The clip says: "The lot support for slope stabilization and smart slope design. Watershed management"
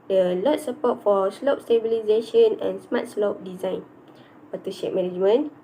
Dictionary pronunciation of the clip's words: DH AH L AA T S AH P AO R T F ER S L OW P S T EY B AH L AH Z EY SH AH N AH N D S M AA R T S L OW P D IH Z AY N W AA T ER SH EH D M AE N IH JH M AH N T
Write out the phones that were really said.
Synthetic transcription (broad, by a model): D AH L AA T S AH P AO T F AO S L OW P S T EY B AH L AH Z EY SH AH N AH N S M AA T S L OW P D IH Z AY N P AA T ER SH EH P M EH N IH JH M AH N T